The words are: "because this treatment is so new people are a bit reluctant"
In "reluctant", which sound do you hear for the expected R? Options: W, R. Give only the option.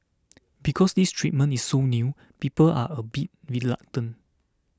W